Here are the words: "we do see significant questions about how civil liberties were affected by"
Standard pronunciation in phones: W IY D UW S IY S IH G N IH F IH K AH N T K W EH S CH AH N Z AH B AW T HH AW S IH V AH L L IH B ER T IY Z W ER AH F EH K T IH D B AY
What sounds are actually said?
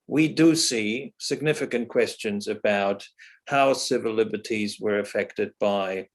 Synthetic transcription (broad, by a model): W IY D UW S IY S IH G N IH F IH K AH N K W EH S CH AH N Z AH B AW T HH AW S IH V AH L L IH B ER T IY Z W ER AH F EH K T IH D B AY